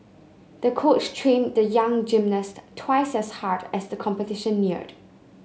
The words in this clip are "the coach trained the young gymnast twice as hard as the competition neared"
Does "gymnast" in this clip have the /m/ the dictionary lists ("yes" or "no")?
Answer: yes